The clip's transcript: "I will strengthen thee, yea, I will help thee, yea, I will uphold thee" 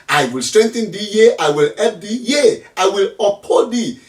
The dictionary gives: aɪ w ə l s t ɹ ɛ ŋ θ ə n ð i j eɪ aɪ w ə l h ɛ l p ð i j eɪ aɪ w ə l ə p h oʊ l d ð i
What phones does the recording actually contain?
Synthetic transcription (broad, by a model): aɪ w ə l s t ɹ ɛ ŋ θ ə n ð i j eɪ aɪ w ə l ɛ p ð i j eɪ aɪ w ə l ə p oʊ d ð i